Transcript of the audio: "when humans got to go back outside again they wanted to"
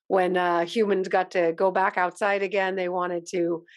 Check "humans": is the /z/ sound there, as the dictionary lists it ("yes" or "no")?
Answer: yes